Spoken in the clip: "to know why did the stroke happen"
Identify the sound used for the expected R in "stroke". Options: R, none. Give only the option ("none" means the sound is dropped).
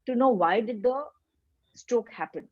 none